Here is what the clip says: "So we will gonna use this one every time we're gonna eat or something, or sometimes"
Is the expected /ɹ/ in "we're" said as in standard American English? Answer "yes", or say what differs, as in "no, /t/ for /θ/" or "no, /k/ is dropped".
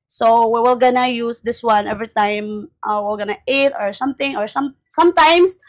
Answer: no, /l/ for /ɹ/